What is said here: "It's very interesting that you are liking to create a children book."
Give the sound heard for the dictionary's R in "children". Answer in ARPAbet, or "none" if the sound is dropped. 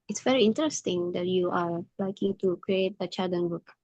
none